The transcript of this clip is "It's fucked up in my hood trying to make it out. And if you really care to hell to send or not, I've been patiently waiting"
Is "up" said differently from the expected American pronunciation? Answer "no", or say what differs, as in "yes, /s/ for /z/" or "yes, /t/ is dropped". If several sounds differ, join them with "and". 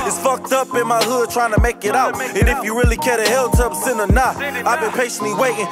no